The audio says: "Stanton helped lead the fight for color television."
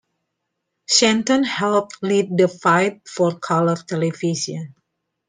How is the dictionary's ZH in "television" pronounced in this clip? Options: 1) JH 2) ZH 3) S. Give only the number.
3